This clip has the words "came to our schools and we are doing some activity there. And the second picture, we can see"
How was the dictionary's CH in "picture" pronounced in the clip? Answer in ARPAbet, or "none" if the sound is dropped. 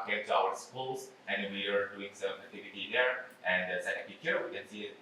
none